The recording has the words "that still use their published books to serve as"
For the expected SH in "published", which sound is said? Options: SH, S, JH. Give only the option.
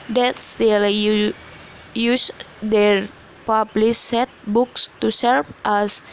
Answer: S